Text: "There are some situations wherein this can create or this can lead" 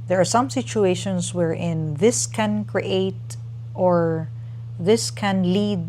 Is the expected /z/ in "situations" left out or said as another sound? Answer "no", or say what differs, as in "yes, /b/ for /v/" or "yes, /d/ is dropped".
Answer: yes, /s/ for /z/